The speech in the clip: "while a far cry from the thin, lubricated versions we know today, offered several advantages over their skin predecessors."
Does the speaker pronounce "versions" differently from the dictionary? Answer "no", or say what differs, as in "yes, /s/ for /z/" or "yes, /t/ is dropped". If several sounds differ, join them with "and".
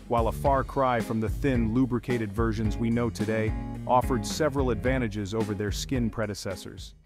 no